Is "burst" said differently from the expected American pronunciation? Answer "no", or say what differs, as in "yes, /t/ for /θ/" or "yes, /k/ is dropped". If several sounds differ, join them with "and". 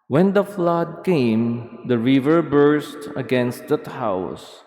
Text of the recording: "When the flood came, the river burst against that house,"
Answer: no